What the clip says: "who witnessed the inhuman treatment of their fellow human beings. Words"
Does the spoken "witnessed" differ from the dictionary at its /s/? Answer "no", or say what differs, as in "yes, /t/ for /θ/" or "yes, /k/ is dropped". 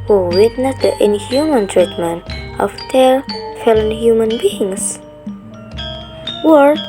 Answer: yes, /s/ is dropped